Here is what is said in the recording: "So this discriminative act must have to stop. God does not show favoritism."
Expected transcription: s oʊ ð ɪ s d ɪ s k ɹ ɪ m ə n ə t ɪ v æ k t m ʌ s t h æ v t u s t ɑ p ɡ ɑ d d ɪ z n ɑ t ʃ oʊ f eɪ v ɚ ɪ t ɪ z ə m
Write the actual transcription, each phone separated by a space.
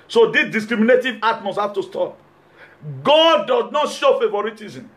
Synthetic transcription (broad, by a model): s oʊ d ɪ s d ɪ s k ɹ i m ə n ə t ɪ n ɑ t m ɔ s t h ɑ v t u s t ɑ p ɡ ɑ d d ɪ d n ɑ t ʃ oʊ f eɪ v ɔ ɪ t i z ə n